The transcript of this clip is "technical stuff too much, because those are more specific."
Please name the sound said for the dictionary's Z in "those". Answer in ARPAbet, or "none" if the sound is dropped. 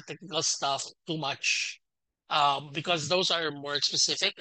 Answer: Z